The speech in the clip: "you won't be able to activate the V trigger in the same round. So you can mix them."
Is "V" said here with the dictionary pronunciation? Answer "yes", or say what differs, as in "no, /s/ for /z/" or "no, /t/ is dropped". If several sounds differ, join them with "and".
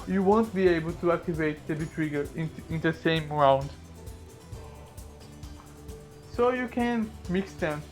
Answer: no, /b/ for /v/